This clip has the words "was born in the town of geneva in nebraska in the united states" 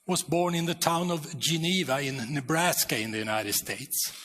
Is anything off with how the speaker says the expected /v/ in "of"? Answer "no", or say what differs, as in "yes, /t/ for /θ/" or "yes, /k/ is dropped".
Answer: no